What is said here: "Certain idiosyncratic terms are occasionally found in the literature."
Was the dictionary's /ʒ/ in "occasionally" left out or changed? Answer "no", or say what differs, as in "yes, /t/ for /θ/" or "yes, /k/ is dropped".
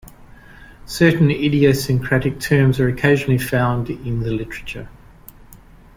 no